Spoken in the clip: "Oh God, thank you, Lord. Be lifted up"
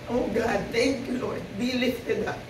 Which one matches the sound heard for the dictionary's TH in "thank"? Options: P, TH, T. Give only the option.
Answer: T